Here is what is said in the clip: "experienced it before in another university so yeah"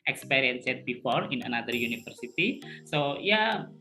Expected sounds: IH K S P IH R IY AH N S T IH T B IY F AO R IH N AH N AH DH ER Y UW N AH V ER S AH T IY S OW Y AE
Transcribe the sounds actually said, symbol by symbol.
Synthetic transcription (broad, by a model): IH K S P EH R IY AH N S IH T B IY F AO R IH N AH N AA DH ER Y UW N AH F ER S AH T IY S OW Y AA